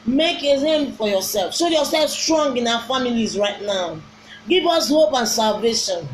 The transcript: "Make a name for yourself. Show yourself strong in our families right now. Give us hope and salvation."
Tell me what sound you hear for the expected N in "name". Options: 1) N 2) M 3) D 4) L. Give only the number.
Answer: 4